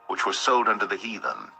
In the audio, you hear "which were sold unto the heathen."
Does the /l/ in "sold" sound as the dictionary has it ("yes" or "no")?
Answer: yes